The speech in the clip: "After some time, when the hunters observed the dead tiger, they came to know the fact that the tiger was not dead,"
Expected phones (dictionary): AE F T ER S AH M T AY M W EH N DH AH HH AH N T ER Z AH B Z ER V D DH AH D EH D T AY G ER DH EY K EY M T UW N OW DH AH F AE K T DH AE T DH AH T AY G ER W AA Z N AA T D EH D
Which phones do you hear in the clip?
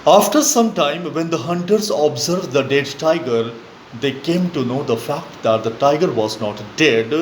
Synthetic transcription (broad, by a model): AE F T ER S AH M T AY M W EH N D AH HH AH N T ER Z AH B Z ER V D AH D EH D T AY G ER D EY K EY M T UW N OW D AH F AE K T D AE T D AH T AY G ER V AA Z N AA T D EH D